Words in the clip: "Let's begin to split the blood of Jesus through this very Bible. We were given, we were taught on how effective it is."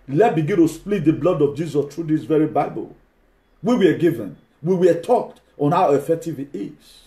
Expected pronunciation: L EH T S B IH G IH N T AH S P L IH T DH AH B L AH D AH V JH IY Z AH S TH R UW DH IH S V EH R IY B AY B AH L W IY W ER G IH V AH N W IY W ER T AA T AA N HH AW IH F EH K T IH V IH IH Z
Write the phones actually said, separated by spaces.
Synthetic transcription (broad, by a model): L EH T B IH G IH N T AH S P L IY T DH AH B L AH D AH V JH IY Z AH S T R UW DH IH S V EH R IY B AY B AH L W IY W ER G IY V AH N W IY W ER T AA T AA N HH AW IH F EH K T IH V IH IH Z